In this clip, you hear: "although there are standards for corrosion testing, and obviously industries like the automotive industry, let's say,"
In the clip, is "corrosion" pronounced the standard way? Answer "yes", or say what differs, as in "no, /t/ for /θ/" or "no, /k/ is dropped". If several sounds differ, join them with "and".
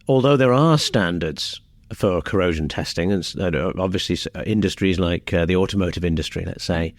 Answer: yes